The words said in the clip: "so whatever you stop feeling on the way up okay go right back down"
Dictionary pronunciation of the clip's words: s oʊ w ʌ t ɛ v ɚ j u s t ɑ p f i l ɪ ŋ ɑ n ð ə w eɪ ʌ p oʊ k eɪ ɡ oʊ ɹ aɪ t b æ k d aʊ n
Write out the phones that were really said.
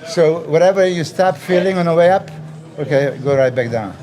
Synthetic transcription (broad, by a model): s oʊ w ʌ t ɛ v ɚ j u s t ɑ p f i l ɪ ŋ ɑ n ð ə w eɪ ʌ p oʊ k eɪ ɡ oʊ ɹ aɪ t b æ k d aʊ n